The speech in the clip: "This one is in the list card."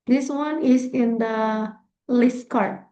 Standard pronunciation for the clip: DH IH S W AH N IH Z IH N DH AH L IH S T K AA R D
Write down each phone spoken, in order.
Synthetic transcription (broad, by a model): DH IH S W AH N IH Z IH N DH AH L IH S T K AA R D